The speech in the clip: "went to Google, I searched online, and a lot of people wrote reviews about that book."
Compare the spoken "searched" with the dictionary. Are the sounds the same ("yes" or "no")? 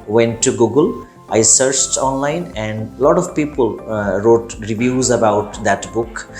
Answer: yes